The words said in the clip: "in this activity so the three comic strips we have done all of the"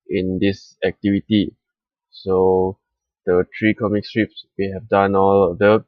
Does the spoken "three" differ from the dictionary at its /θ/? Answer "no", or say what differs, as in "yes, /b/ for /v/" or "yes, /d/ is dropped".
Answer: yes, /t/ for /θ/